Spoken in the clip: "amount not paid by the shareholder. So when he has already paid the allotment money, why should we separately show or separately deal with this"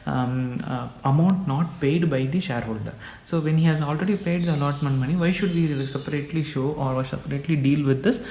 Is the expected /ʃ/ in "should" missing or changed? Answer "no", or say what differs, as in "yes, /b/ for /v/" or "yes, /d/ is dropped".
no